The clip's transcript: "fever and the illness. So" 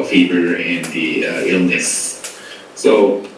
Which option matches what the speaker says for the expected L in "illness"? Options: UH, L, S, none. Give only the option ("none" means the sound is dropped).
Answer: L